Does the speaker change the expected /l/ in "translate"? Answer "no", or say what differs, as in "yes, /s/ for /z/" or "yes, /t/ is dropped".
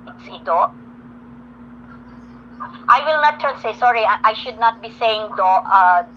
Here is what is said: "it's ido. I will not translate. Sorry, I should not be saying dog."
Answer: yes, /l/ is dropped